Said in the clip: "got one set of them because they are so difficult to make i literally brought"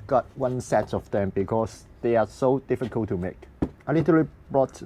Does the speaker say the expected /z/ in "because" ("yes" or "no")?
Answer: no